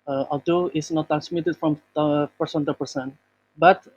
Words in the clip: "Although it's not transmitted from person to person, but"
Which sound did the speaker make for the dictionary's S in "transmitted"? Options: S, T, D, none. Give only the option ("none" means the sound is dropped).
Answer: S